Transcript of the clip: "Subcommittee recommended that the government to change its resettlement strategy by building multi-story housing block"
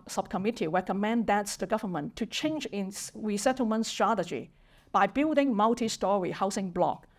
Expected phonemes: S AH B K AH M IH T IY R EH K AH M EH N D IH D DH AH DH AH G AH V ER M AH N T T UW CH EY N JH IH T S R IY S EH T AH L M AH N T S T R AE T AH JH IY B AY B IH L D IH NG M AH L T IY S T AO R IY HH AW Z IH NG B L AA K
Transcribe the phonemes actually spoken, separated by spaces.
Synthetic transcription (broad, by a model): S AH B K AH M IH T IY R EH K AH M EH N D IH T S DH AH G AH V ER M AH N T T UW CH EY N JH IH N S R IY S EH T AH L M AH N T S T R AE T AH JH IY B AY B IH L D IH NG M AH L T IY S T AO R IY HH AW S IH NG B L AA K